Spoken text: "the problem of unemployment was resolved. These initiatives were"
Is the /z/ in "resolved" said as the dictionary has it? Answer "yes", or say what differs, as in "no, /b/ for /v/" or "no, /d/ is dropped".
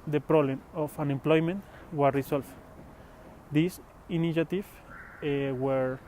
no, /s/ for /z/